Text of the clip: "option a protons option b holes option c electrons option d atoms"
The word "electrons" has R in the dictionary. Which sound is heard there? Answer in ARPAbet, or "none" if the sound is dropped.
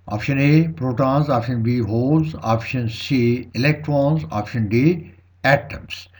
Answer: R